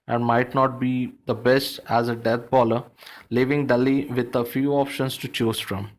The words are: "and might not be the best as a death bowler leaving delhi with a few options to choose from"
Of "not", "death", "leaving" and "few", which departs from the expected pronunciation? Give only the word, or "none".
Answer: death